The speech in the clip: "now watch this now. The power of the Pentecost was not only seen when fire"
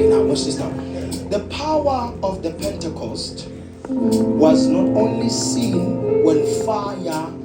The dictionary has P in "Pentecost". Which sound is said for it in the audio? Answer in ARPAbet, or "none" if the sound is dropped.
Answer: P